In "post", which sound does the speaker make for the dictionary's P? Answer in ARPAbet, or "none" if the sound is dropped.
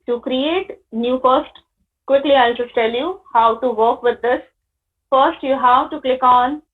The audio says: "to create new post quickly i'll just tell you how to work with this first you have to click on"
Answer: F